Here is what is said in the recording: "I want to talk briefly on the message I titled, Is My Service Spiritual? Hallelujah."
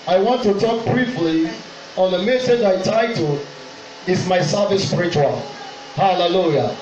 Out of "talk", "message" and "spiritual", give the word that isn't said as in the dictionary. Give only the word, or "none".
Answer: none